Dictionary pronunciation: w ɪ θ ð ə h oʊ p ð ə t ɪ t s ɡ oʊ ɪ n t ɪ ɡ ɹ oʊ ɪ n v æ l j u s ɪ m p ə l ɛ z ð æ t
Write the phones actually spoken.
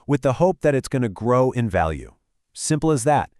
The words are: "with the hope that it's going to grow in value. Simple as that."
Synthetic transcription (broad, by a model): w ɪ ð ə h oʊ p ð ə t ɪ t s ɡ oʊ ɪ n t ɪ ɡ ɹ oʊ ɪ n v æ l j u s ɪ m p l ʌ z ð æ t